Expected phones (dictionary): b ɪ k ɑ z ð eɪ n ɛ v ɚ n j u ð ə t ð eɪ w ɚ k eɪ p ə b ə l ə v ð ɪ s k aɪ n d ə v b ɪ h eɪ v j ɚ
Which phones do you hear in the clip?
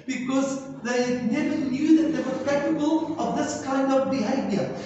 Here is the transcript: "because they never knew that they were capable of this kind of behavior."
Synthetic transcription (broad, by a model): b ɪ k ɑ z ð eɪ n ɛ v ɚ n j u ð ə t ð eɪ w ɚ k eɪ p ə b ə l ə v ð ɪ s k aɪ n d ə v b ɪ h eɪ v j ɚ